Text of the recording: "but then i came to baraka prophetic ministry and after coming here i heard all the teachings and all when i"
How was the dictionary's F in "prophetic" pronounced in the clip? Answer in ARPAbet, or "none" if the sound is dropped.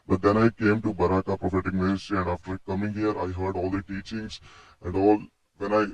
F